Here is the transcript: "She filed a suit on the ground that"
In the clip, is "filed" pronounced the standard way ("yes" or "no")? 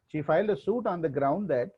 yes